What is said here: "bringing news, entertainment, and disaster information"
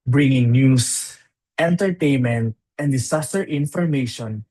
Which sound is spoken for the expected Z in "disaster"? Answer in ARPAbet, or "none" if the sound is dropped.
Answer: S